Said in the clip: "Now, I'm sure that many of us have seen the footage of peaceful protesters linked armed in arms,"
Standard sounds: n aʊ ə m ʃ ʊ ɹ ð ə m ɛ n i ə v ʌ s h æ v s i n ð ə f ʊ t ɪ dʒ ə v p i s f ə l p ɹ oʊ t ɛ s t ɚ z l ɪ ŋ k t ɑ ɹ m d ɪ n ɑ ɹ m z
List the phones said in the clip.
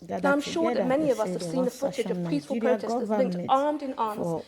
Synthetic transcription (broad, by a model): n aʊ ə m ʃ ʊ ɹ ð ə m ɛ n i ə v ʌ s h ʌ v s i n ð ə f ʊ t ɪ dʒ ə v p i s f ə l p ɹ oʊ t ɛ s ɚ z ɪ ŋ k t ɑ ɹ m d ɪ n ɑ ɹ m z